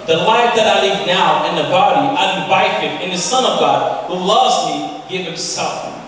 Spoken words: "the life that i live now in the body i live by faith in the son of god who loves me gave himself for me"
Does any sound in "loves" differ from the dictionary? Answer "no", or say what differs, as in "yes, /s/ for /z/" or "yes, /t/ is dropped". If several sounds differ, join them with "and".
no